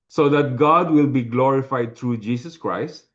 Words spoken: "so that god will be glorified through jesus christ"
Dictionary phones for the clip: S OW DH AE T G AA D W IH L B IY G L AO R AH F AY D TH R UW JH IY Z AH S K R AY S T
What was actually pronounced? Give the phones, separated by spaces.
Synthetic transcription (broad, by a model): S OW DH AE T G AA D W IH L B IY G L AO R AH F AY D T R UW JH IY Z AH S K R AY S T